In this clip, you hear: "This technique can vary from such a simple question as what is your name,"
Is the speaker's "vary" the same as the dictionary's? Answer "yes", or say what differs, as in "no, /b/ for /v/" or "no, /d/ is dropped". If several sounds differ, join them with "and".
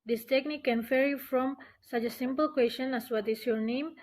no, /f/ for /v/